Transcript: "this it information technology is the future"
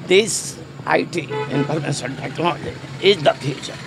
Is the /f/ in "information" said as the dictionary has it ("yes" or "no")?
no